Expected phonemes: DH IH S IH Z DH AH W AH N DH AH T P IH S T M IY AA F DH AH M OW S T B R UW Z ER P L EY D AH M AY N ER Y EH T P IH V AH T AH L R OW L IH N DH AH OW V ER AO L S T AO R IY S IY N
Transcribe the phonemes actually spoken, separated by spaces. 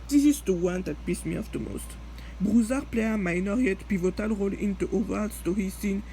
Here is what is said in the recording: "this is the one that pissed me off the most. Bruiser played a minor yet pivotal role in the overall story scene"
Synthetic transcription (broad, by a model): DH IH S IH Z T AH W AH N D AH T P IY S M IY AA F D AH M OW S T B R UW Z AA P L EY AH M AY N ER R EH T P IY V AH T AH L R OW L IH N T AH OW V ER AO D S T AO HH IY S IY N